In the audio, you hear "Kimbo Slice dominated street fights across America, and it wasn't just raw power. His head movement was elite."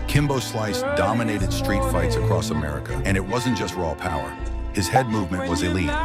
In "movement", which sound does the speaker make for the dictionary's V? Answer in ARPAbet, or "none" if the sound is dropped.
V